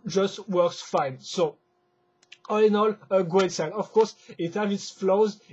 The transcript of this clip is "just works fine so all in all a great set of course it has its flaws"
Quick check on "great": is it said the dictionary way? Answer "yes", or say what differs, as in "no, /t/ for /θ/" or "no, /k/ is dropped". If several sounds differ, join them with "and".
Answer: no, /w/ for /ɹ/